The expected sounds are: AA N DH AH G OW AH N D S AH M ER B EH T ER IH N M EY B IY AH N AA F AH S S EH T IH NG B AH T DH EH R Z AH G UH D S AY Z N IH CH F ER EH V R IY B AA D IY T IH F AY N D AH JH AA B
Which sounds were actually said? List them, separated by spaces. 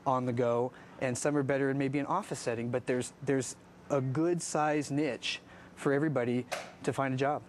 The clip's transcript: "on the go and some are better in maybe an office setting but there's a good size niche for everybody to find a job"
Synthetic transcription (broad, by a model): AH N DH AH G OW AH N S AH M ER B EH T ER IH N M EY B IY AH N AA F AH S S EH T IH NG B AH T DH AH R Z AH G UH D S AY Z N IH CH F ER EH V R IY B AA D IY T IH F AY N D AH JH AA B